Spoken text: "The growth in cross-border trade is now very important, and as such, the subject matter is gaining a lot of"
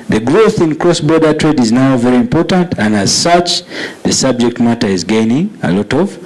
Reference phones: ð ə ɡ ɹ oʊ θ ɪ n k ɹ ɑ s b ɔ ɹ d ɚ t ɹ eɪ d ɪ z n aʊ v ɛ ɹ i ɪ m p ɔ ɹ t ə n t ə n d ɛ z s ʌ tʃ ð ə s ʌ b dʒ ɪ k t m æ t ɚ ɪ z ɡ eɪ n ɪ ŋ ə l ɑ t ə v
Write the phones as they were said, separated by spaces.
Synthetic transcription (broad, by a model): ð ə ɡ ɹ oʊ θ ɪ n k ɹ ɑ s b ɔ ɹ d ɚ t ɹ eɪ d ɪ z n aʊ v ɛ ɹ i ɪ m p ɔ ɹ t ə n t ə n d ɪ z s ʌ tʃ ð ə s ʌ b dʒ ɪ k t m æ t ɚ ɪ z ɡ eɪ n ɪ ŋ ə l ɑ t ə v